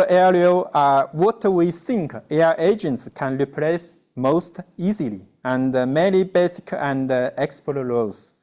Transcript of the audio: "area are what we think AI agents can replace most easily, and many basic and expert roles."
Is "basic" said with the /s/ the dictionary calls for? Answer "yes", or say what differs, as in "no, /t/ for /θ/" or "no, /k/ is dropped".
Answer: yes